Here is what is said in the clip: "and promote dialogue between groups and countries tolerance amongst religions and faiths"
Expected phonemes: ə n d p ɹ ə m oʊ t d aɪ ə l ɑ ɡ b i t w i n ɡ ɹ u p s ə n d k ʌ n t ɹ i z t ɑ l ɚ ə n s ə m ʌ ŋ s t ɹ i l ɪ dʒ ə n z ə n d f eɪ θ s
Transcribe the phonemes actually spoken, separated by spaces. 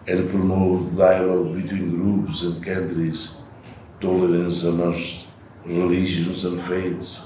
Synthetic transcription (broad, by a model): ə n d p ɹ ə m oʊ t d aɪ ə l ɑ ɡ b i t w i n ɡ ɹ u p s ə n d k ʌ n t ɹ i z t ɑ l ɚ ə n s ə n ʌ s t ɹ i l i ʒ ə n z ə n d f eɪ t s